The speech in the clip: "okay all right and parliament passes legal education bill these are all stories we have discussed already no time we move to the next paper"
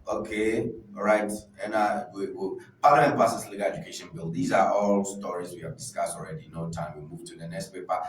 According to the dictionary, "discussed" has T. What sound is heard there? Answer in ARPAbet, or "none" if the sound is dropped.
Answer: T